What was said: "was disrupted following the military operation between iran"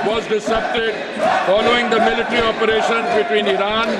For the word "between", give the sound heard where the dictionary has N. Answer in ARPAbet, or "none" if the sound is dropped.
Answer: N